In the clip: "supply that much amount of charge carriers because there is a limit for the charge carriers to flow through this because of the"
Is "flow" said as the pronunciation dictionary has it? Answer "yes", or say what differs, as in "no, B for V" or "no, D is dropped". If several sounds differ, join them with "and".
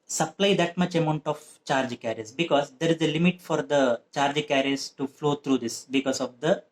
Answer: yes